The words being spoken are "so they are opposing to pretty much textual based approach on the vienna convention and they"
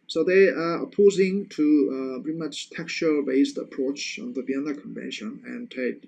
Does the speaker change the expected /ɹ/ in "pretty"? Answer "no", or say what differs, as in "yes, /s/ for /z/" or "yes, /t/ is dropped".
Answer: yes, /ɹ/ is dropped